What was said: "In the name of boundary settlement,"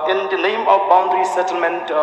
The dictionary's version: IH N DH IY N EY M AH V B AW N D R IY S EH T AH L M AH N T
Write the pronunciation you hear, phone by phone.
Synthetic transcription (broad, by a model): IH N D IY L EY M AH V B AW N D R IY S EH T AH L M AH N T